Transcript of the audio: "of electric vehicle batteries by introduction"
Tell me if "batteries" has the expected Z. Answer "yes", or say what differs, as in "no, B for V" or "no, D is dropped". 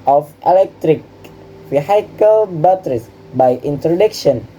no, S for Z